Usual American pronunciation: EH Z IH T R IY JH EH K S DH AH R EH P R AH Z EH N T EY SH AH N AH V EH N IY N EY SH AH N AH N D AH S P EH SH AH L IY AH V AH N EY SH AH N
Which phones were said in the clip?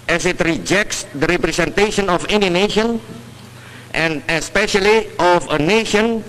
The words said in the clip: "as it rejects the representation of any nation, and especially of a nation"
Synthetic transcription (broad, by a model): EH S IH T R IY JH EH K S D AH R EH P R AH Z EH N T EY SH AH N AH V EH N IY N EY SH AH N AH N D AH S P EH SH AH L IY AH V AH N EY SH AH N